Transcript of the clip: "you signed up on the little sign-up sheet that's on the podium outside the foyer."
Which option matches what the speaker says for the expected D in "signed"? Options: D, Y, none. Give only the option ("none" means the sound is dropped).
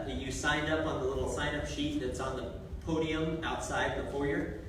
D